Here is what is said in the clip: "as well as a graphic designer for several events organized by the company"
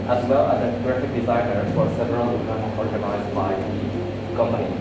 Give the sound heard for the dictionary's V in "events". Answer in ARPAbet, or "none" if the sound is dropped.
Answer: none